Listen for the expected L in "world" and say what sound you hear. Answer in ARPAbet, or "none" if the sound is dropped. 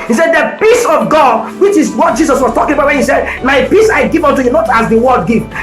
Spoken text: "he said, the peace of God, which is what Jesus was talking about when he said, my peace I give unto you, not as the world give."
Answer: none